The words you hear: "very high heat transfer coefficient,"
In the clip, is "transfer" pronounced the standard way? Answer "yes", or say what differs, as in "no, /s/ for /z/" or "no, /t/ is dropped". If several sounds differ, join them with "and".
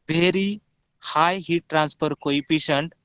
no, /p/ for /f/